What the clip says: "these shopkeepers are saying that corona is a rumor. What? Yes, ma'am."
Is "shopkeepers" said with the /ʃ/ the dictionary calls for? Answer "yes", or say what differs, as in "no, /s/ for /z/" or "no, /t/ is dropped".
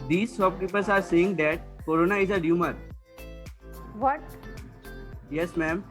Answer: no, /s/ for /ʃ/